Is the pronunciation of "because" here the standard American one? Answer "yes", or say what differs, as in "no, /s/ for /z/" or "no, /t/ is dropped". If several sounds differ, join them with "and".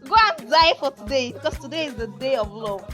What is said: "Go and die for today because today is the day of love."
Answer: no, /s/ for /z/